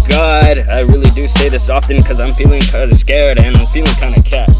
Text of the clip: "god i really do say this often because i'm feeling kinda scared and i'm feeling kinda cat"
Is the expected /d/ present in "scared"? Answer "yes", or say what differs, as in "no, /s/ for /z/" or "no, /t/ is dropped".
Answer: yes